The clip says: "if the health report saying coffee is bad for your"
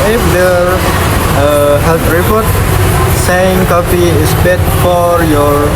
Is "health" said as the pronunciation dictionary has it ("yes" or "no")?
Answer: no